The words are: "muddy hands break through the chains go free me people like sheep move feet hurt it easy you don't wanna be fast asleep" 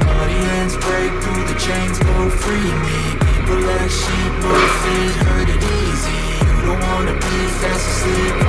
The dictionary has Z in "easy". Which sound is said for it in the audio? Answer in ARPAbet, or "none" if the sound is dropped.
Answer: Z